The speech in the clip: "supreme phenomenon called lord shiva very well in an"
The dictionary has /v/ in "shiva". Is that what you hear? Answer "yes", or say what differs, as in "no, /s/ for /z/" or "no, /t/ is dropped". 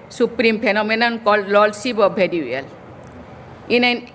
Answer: no, /b/ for /v/